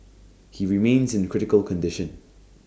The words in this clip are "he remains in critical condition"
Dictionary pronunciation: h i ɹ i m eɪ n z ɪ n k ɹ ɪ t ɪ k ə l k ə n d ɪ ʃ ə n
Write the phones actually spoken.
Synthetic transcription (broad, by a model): h i ɹ i m eɪ n z ɪ n k ɹ ɪ t ɪ k ə l k ə n d ɪ ʃ ə n